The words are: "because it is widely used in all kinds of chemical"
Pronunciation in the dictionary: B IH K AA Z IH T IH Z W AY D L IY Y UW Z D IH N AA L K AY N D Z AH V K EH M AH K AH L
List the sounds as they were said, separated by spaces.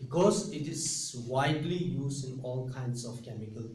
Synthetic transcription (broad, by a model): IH K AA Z IH T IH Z W AY D L IY Y UW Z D IH N AA L K AY N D S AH F K EH M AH K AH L